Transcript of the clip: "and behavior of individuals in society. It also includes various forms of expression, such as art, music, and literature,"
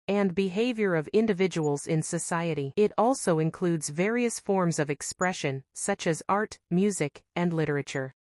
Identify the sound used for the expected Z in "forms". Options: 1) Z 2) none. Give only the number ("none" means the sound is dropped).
1